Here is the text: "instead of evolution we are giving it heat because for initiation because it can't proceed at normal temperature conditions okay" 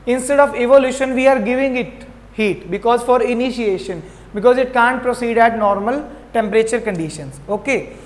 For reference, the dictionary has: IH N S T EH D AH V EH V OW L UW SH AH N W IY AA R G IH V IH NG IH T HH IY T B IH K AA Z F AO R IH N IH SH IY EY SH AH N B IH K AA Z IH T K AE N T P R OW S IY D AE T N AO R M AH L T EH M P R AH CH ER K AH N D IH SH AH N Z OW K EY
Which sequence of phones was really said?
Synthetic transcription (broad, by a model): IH N S T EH D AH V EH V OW L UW SH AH N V IY AA R G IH V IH NG IH T HH IY T B IH K AA Z F AO R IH N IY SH IY EY SH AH N B IH K AA Z IH T K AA N T P R OW S IY D AE T N AO R M AH L T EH M P R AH CH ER K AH N D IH SH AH N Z OW K EY